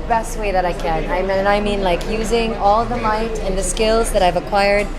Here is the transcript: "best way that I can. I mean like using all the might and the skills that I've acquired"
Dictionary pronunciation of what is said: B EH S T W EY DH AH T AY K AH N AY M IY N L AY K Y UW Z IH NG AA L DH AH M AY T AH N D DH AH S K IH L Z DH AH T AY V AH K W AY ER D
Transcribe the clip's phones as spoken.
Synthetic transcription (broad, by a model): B EH S T W EY DH AH T AY K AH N AY M IY N L AY K Y UW Z IH NG AA L DH AH M AY T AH N DH AH S K IH L Z DH AH T AY V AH K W AY ER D